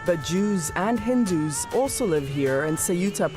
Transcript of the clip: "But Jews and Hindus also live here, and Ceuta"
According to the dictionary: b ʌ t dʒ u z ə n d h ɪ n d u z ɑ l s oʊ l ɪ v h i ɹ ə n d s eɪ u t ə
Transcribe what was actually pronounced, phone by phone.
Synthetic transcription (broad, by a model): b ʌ t dʒ u z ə n h ɪ n d u z ɑ l s oʊ l ɪ v h i ɹ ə n s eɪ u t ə